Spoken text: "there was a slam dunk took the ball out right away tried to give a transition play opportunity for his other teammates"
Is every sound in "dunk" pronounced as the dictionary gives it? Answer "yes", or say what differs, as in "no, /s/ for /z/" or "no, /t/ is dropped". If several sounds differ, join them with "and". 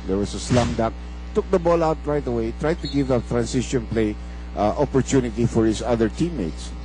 no, /ŋ/ is dropped